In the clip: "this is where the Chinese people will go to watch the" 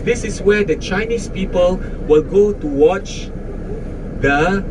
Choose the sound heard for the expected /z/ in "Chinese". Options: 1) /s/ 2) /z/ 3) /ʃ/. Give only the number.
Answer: 1